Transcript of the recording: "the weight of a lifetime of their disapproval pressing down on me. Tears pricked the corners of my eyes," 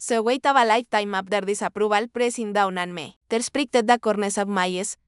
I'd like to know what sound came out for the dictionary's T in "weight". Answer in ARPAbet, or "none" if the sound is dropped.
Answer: T